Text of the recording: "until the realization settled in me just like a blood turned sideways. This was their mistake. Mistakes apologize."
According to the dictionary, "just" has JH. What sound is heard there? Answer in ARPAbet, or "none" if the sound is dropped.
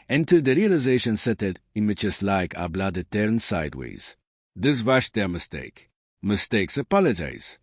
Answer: CH